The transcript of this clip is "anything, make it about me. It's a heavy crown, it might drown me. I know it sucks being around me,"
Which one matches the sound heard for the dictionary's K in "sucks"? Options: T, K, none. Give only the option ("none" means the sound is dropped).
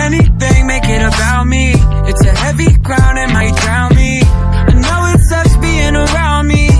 none